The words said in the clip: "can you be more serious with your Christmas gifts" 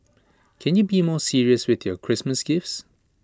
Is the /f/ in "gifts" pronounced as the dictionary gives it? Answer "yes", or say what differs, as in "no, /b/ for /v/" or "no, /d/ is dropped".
yes